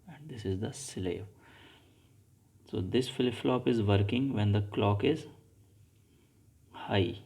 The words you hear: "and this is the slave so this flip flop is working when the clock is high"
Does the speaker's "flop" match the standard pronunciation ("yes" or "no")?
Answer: yes